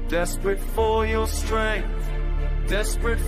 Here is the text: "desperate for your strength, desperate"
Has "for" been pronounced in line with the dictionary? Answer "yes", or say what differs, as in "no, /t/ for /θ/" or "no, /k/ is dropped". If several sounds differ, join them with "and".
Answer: no, /l/ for /ɹ/